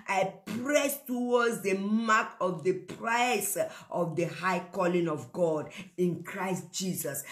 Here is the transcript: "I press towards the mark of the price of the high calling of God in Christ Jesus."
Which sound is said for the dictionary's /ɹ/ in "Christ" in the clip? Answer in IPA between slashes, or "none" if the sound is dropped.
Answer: /ɹ/